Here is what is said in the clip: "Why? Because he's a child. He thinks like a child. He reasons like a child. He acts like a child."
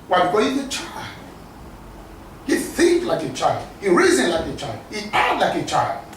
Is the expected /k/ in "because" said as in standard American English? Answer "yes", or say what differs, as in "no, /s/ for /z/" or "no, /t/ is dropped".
no, /k/ is dropped